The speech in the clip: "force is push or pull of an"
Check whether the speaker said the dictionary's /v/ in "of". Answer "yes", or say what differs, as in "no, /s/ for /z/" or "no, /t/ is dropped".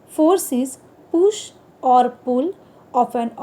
no, /p/ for /v/